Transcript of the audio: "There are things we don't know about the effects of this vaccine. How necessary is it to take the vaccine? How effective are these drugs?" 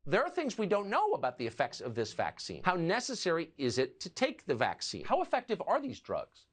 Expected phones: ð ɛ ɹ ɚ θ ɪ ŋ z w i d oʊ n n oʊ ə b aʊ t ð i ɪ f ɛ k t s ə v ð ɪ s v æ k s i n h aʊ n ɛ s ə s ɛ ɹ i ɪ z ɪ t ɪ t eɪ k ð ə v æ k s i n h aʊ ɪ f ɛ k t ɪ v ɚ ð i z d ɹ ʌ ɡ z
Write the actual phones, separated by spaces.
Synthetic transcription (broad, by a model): ð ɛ ɹ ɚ θ ɪ ŋ z w i d oʊ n n oʊ ə b aʊ t ð i ɪ f ɛ k t s ə v ð ɪ s v æ k s i n h aʊ n ɛ s ə s ɛ ɹ i ɪ z ɪ t ɪ t eɪ k ð ə v æ k s i n h aʊ ɪ f ɛ k t ɪ v ɚ ð i z d ɹ ʌ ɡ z